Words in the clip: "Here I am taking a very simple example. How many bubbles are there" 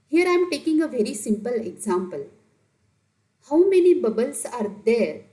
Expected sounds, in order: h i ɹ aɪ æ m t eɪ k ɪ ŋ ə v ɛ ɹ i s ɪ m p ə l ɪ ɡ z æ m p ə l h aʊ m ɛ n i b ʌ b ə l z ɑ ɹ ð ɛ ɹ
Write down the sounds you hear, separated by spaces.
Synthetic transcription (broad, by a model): h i ɹ aɪ m t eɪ k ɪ ŋ ə v ɛ ɹ i s ɪ m p ə l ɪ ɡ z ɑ m p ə l h aʊ m ɛ n i b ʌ b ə l s ɑ ɹ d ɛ ɹ